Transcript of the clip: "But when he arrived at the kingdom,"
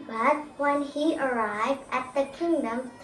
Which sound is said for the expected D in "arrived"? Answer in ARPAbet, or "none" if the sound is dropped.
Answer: D